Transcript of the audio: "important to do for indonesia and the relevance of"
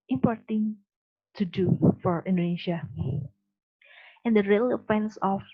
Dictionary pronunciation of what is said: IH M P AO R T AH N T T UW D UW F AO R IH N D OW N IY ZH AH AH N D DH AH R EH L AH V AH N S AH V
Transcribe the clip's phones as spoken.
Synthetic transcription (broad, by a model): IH M P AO R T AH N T T UW D UW F AO R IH N D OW N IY SH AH AH N D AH R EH L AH F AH N S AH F